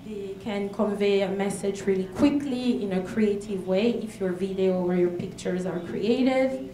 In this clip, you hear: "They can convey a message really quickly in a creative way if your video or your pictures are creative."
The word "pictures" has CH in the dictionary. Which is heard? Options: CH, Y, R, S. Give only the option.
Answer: CH